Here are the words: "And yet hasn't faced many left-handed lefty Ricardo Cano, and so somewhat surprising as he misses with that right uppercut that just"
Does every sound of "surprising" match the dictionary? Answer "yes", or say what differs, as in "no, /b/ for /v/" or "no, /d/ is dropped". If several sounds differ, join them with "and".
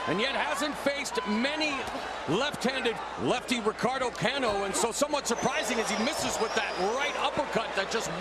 yes